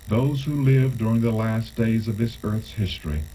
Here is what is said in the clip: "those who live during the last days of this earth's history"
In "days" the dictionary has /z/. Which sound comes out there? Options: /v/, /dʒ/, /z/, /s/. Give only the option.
/z/